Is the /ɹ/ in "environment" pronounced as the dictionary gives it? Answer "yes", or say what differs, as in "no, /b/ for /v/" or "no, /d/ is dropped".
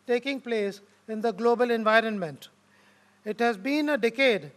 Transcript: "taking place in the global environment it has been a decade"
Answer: yes